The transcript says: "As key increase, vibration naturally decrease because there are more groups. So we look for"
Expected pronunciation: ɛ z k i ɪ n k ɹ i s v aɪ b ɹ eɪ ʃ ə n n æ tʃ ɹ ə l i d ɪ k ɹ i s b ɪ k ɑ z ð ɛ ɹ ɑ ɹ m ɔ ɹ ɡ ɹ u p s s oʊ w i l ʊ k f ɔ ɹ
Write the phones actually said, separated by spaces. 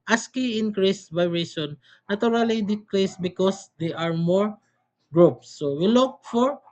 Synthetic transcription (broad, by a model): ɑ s k i ɪ n k ɹ i s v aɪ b ɹ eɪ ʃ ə n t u ɹ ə l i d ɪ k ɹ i s b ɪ k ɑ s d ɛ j ɑ ɹ m ɔ ɹ ɡ ɹ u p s s oʊ w i l ʊ k f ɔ ɹ